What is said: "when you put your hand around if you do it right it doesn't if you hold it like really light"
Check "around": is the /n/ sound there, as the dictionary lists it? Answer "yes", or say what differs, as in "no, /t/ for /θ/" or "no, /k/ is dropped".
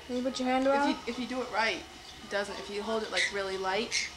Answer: no, /n/ is dropped